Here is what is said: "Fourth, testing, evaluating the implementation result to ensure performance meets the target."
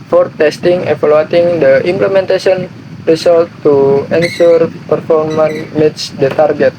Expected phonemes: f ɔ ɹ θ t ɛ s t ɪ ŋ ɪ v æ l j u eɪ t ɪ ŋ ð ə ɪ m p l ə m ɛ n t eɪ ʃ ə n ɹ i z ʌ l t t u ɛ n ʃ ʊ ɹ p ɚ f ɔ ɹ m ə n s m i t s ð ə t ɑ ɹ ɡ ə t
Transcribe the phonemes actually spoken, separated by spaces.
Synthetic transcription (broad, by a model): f ɔ ɹ t ɛ s t ɪ ŋ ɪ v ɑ l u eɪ t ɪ ŋ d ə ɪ m p l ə m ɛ n t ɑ s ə n ɹ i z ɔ l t t u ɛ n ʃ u ɹ p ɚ f ɔ ɹ m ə n m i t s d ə t ɑ ɹ ɡ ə t